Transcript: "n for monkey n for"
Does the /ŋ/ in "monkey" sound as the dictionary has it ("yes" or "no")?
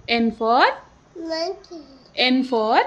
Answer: no